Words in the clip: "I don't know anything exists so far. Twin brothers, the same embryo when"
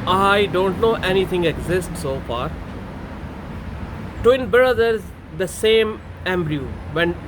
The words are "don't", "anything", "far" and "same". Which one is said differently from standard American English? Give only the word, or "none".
anything